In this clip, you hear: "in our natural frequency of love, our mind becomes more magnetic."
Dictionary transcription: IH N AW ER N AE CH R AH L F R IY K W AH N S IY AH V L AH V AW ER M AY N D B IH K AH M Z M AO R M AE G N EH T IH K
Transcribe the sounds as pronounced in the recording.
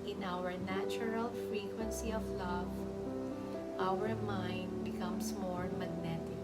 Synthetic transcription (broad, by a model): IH N AW ER N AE CH R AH L F R IY K W AH N S IY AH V L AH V AW ER M AY N D B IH K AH M S M AO R M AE G N EH T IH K